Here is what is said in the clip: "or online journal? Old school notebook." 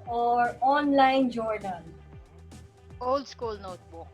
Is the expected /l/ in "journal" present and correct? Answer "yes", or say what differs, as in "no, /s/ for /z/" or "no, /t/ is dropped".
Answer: no, /n/ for /l/